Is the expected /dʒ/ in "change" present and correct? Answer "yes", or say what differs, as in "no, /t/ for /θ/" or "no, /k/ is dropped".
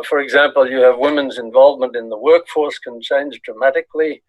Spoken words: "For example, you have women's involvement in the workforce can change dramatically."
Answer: no, /z/ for /dʒ/